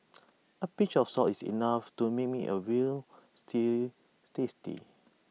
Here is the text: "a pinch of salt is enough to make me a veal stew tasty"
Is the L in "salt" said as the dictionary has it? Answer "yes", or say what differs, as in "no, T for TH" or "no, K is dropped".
no, L is dropped